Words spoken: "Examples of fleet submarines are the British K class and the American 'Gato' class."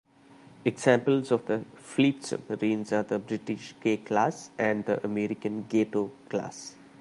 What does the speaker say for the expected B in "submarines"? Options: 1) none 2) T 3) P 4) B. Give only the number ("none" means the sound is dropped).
1